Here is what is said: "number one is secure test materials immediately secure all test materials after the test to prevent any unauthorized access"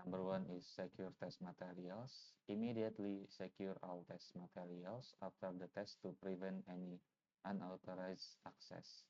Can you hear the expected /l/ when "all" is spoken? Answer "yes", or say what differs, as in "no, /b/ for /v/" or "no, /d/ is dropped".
no, /w/ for /l/